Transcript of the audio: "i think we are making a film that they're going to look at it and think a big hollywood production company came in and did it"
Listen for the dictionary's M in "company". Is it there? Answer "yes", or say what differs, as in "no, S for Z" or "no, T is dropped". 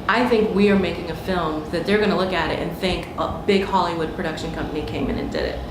yes